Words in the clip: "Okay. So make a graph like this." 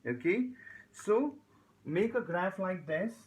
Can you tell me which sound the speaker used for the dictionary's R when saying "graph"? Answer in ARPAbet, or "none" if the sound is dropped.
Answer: R